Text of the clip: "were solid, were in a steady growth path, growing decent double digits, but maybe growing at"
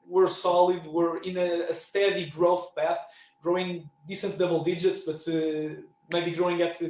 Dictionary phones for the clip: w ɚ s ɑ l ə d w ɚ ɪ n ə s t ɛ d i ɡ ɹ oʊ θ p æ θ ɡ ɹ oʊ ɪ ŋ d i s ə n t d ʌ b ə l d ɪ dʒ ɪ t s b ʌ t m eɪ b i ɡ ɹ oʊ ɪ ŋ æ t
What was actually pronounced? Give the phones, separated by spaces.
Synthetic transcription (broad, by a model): w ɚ s ɑ l ə d w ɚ ɪ n ə s t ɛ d i ɡ ɹ oʊ θ p æ θ ɡ ɹ oʊ ɪ ŋ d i s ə n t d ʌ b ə l d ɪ dʒ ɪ t s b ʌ t m eɪ b i ɡ ɹ oʊ ɪ ŋ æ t